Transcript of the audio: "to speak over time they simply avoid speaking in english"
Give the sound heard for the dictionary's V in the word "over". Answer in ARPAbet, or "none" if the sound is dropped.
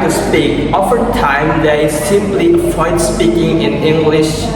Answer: F